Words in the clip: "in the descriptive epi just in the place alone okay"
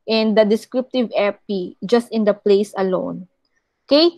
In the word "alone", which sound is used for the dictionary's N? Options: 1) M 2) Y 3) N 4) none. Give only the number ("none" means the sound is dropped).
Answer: 3